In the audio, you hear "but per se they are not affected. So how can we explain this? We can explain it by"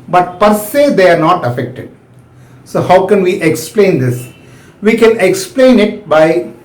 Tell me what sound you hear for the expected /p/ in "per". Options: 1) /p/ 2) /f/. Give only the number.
1